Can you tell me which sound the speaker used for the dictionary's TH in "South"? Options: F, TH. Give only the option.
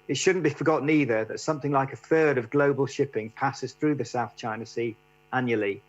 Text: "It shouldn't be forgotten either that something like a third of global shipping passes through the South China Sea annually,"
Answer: TH